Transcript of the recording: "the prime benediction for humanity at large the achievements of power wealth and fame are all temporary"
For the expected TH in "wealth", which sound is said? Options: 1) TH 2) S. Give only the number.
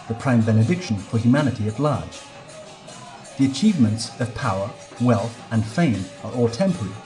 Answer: 1